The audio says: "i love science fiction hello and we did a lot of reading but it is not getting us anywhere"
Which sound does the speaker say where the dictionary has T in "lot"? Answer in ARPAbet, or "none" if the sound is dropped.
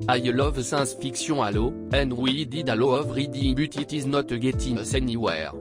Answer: none